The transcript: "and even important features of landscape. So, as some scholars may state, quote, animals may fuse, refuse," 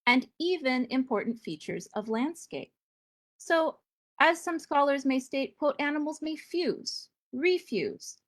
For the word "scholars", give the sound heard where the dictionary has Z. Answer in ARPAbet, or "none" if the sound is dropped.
Z